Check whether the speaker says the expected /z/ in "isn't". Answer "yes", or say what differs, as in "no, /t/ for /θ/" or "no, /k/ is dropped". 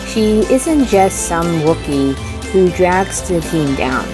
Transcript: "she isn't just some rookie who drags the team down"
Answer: yes